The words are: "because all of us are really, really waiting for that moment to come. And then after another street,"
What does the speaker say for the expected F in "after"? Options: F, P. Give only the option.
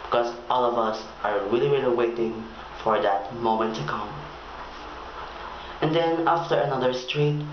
F